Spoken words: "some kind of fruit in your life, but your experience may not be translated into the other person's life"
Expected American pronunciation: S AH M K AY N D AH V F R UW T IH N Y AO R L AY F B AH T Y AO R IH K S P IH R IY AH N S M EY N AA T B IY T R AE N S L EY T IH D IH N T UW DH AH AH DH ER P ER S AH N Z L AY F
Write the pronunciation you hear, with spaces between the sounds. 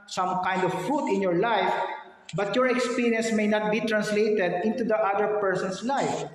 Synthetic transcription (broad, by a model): S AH M K AY N D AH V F UW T IH N Y AO R L AY F B AH T Y AO R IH K S P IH R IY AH N S M EY N AA T B IY T R AE N S L EY T IH D IH N T UW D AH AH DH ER P ER S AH N S L AY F